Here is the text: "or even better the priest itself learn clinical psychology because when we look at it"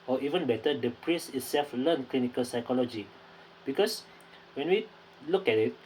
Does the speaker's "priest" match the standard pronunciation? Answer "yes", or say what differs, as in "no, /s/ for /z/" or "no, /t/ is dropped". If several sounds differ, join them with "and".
no, /t/ is dropped